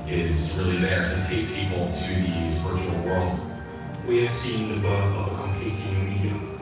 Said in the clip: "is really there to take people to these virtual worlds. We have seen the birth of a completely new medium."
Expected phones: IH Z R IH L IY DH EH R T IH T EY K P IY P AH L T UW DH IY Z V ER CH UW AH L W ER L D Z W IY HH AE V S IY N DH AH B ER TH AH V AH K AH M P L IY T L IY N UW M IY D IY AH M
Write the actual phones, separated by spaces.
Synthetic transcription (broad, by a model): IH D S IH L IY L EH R T IH T EY K P IY P AH L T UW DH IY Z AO UW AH L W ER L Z W IY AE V S IY N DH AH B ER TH AH V AH K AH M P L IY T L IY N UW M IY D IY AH